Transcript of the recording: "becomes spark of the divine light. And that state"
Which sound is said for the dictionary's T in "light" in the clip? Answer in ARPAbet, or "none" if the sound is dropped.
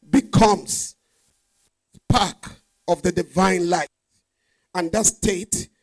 none